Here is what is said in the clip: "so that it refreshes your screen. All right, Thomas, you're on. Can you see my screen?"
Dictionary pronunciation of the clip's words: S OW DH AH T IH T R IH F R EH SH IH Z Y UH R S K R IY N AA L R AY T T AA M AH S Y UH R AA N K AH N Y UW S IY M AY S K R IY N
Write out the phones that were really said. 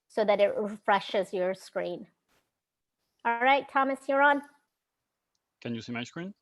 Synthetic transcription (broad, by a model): S OW DH AH T IH T R IH F R EH SH IH Z Y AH R S K R IY N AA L R AY T T AA M AH S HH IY R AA N K AH N Y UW S IY M AY S K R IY N